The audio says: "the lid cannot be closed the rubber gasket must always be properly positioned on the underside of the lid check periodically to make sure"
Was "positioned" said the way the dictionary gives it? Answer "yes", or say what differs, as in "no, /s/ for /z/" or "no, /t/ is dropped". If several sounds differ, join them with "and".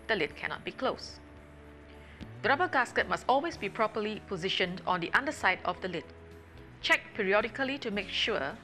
yes